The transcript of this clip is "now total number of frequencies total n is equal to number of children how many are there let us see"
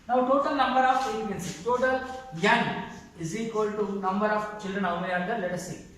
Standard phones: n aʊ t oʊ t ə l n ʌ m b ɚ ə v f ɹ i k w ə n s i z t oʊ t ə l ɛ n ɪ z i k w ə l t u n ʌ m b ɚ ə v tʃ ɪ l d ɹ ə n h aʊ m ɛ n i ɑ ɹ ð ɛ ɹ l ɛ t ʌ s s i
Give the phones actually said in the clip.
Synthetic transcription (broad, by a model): n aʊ t oʊ t ə l n ʌ m b ɚ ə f i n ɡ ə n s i t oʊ t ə l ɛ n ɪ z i k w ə l t u n ʌ m b ɚ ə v tʃ ɪ l d ɹ ə n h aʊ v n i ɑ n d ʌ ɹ l ɛ t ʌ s s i